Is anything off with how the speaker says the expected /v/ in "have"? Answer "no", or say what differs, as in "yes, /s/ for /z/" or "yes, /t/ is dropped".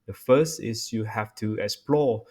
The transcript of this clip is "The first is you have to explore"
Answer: yes, /f/ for /v/